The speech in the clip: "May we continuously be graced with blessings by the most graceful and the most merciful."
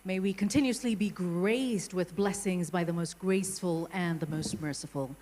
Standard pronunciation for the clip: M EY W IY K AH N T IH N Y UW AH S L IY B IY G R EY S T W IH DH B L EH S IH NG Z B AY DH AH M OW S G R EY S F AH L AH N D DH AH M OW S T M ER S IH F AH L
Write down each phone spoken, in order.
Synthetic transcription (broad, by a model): M EY W IY K AH N T IH N Y UW AH S L IY B IY G R EY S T W IH DH B L EH S IH NG Z B AY DH AH M OW S G R EY S F AH L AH N DH AH M OW S T M ER S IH F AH L